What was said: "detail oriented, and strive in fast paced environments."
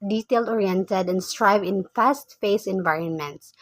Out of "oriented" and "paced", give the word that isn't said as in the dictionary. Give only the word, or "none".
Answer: paced